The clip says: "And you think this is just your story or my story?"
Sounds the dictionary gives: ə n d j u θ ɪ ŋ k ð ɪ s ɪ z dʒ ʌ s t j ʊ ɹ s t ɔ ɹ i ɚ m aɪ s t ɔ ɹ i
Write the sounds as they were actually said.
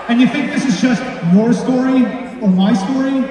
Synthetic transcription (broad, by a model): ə n j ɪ θ ɪ ŋ k ð ɪ s ɪ z dʒ ʌ s t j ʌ ɹ s t ɔ ɹ i ɚ m aɪ s t ɔ ɹ i